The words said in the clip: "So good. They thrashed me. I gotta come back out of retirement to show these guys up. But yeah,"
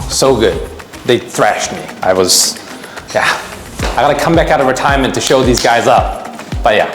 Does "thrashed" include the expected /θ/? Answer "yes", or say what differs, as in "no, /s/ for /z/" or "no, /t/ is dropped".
yes